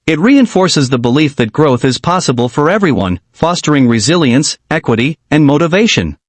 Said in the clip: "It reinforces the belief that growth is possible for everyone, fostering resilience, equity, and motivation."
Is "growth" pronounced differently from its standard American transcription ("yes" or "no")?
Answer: no